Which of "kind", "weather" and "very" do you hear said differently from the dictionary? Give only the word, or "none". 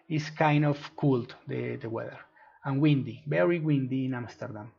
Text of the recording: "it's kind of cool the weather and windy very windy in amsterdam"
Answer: very